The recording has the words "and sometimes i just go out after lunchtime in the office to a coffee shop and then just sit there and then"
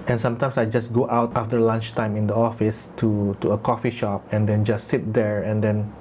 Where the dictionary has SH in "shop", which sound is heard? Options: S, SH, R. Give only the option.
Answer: SH